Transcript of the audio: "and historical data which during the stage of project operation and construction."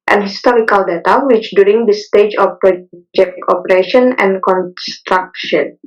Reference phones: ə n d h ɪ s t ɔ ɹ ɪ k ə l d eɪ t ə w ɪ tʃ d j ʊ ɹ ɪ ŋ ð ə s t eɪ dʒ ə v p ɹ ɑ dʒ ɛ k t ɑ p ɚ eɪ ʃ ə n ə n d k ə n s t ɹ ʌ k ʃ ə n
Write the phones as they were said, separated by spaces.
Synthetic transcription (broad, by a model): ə n h ɪ s t ɔ ɹ ɪ k ə l d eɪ t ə w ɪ tʃ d j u ɹ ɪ ŋ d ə s t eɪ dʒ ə f p ɹ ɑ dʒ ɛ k ɑ p ɚ eɪ ʃ ə n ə n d k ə n s t ɹ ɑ k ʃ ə n